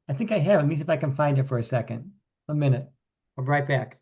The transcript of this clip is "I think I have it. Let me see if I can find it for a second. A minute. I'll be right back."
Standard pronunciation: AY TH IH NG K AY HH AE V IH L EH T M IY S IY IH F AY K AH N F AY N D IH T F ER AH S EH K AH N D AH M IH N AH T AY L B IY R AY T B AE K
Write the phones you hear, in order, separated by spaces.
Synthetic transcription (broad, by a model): AY TH IH NG K AY HH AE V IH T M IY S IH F AY K AH N F AY N D IH T F ER AH S EH K AH N D AH M IH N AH T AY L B R AY T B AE K